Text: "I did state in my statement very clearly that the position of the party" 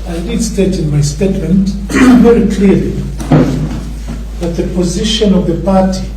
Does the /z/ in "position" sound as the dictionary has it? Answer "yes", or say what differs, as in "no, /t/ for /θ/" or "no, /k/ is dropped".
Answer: yes